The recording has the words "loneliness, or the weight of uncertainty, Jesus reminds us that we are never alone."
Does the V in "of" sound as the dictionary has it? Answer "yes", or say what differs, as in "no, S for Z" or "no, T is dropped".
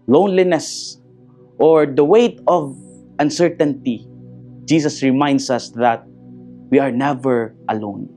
yes